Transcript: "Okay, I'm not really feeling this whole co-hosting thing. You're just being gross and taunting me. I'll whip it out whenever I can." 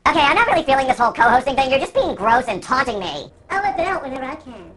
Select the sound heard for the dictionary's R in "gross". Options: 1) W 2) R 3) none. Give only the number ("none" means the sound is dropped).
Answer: 2